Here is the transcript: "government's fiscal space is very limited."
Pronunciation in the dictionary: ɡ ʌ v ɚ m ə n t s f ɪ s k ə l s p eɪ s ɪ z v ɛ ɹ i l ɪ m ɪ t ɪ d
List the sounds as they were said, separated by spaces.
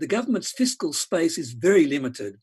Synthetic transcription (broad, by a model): ɡ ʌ v ɚ m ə n t s f ɪ s k ə l s p eɪ s ɪ z v ɛ ɹ i l ɪ m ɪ t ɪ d